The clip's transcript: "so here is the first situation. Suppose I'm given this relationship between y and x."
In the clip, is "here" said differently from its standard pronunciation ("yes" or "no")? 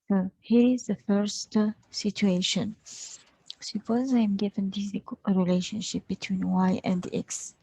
no